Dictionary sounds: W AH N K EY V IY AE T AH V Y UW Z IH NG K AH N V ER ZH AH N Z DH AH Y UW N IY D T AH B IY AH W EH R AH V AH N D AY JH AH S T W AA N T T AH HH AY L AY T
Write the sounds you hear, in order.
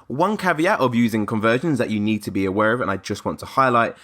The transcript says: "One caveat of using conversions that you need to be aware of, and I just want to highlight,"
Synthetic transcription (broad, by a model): W AH N K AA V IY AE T AH V Y UW Z IH NG K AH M V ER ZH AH N Z DH AH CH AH N IY D T AH B IY AH W EH R AH V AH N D AY JH AH S T W AA N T T AH HH AY L AY T